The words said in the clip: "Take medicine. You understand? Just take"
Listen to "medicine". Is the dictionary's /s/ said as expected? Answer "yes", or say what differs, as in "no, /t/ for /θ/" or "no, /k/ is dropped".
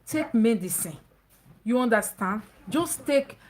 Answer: yes